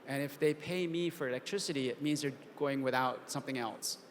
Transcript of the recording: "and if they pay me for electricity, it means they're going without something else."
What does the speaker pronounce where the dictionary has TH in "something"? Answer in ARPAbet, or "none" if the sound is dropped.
TH